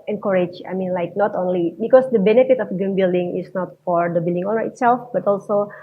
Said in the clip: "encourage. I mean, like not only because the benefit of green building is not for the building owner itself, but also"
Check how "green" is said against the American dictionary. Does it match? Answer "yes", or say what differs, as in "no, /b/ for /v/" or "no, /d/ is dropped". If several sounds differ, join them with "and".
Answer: no, /ɹ/ is dropped